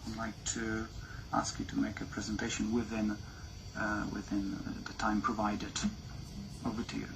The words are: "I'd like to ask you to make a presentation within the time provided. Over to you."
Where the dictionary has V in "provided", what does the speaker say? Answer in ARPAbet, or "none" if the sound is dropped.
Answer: V